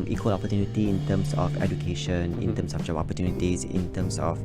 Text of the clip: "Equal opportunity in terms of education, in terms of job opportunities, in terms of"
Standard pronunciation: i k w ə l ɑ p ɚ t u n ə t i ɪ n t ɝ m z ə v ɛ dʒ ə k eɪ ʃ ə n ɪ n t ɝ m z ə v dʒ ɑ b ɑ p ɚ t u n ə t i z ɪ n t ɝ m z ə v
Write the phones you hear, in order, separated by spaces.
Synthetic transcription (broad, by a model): i k w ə l ɑ p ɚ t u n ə t i ɪ n t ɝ m s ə f ɛ dʒ ə k eɪ ʃ ə n ɪ n t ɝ m s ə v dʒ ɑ ɑ p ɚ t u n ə t i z ɪ n t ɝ m s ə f